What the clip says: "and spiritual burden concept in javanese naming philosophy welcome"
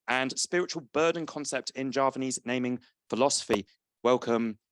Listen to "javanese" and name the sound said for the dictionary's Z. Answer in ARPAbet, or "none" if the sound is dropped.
Z